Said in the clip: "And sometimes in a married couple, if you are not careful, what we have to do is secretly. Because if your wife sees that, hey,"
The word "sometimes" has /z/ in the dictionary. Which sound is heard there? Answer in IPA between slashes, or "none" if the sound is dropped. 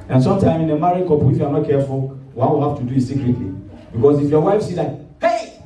none